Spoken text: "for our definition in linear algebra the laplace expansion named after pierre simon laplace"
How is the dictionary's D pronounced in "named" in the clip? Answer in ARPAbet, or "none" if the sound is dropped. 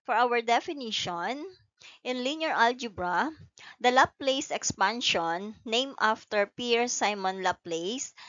none